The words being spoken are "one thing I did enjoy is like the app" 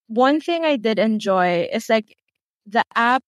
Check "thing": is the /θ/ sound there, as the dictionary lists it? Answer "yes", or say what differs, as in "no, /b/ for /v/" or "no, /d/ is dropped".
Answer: yes